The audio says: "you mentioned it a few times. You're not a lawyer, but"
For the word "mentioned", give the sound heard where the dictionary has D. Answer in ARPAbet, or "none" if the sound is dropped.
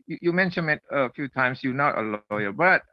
none